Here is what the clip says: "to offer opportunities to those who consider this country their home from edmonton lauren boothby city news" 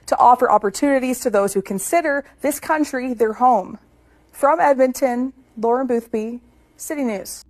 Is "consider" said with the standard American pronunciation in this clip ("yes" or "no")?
yes